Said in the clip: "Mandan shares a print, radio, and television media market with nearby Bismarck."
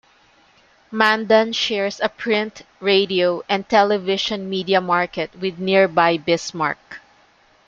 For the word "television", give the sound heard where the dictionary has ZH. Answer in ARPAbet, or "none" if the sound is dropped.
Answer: SH